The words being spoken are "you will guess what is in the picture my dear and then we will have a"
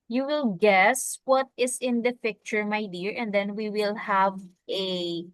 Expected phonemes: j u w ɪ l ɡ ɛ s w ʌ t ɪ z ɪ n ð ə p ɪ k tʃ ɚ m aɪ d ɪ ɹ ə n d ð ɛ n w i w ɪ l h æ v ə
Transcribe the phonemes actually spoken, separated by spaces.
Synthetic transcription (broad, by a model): j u w ɪ l ɡ ɛ s w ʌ t ɪ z ɪ n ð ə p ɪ k tʃ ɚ m aɪ d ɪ ɹ ə n d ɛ n w i w ɪ l h æ v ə